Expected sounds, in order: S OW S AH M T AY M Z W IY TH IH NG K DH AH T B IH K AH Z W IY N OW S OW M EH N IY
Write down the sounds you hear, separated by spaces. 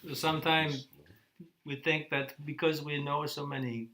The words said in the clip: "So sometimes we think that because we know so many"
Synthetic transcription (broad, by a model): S S AH M T AY M Z W IY TH IH NG K DH AH T B IH K AH Z W IY N OW S OW M EH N IY